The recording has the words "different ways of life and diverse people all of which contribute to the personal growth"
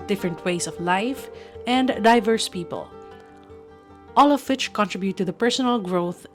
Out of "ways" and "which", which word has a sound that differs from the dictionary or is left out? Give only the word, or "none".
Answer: ways